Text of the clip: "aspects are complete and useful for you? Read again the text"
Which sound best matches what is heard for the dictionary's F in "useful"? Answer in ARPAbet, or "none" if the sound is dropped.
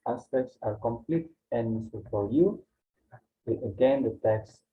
none